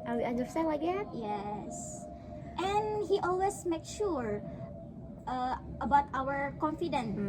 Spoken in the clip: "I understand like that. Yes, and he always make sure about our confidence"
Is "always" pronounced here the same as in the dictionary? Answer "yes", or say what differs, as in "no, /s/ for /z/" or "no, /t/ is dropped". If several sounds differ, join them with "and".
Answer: no, /s/ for /z/